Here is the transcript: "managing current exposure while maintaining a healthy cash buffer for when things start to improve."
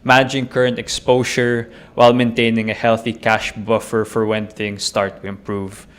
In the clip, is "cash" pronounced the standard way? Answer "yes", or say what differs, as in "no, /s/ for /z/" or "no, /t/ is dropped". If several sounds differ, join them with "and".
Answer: yes